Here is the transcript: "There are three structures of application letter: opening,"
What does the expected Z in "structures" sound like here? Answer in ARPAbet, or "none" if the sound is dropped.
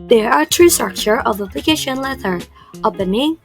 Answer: none